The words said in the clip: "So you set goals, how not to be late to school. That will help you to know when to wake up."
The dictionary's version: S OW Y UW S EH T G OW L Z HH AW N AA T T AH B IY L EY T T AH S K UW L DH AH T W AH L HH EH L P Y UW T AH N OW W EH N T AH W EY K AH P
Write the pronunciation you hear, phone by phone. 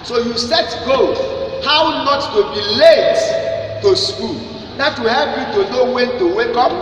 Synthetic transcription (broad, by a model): S OW Y UW S EH T G OW HH AW N AA T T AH B IY L EY T T AH S K UW L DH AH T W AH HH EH P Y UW T AH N OW W EH N T AH W EY K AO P